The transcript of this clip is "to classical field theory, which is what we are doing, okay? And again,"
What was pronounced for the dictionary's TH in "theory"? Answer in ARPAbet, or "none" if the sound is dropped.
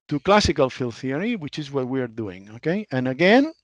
TH